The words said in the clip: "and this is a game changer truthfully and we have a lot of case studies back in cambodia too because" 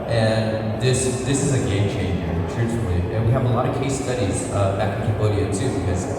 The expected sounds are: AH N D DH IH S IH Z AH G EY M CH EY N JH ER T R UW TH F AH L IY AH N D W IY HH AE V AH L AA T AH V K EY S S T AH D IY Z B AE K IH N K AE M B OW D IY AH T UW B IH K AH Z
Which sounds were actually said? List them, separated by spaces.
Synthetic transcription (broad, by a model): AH N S DH IH S IH Z AH G EY M CH EY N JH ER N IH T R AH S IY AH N W IY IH V AH L AA T AH V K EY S S T AH D IY Z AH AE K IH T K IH B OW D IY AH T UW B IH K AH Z